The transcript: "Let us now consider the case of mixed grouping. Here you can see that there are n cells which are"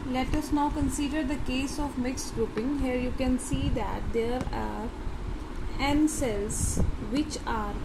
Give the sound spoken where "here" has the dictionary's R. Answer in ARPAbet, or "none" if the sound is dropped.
R